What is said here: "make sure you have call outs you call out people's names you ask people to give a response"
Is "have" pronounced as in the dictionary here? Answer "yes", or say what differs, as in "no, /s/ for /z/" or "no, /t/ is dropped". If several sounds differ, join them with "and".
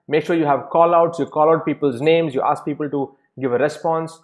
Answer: yes